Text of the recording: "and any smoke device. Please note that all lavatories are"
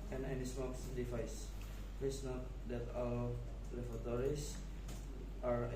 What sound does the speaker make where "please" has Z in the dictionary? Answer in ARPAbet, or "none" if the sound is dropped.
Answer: S